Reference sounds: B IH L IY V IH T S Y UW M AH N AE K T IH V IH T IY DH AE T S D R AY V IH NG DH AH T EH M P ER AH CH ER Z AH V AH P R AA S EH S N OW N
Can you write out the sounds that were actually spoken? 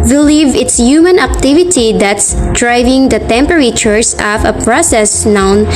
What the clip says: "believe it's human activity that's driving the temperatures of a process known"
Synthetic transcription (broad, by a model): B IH L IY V IH T S Y UW M AH N AE K T IH V IH T IY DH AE T S D R AY V IH NG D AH T EH M P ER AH CH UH S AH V AH P R AA S EH S N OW N